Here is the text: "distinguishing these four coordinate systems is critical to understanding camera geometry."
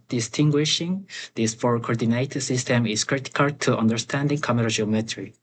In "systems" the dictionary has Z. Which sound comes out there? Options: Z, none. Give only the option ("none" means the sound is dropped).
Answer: none